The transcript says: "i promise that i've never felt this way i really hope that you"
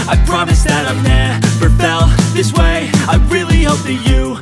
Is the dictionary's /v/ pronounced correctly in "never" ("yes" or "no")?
no